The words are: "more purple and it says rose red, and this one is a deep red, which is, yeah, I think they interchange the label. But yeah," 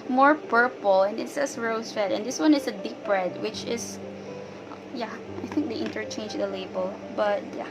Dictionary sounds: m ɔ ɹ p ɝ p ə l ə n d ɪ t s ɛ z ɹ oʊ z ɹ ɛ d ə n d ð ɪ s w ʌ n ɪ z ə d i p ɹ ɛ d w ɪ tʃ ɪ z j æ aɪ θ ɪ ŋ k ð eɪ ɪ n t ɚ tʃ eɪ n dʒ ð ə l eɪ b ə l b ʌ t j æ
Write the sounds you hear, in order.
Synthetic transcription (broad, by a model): m ɔ ɹ p ɝ p ə l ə n ɪ t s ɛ s ɹ oʊ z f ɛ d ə n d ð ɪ s w ʌ n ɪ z ə d i p ɹ ɛ d w ɪ tʃ ɪ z j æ aɪ θ ɪ ŋ k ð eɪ ɪ n t ɚ tʃ eɪ n dʒ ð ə l eɪ b ə l b ʌ t j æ